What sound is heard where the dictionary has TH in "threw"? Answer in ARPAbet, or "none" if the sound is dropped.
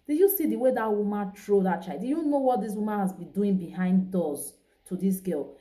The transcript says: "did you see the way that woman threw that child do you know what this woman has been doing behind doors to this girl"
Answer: T